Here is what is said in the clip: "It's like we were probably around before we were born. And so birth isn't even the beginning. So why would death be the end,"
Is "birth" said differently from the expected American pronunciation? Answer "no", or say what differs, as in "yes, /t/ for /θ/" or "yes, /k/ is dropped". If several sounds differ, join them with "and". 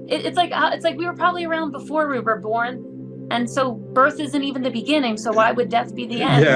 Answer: no